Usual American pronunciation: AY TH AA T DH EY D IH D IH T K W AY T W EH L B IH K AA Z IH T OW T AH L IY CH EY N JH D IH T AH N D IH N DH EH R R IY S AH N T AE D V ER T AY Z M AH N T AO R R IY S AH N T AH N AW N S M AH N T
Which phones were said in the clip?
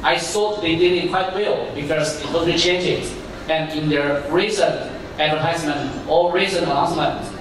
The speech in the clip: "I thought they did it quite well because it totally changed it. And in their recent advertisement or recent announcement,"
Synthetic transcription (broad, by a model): AY S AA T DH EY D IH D IH T K W AY T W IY L B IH K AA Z IH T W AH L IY CH EY N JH IH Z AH N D IH N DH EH R R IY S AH N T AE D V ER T AY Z M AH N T AO L R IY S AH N AH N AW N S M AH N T